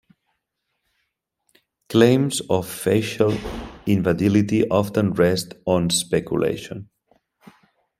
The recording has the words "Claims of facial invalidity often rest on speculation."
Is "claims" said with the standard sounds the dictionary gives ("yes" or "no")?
yes